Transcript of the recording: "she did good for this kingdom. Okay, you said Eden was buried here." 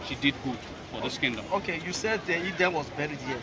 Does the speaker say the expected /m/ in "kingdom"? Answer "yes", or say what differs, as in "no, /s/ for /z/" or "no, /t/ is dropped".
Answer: no, /m/ is dropped